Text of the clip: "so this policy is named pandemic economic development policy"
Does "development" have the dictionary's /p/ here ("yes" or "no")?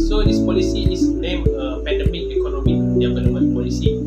no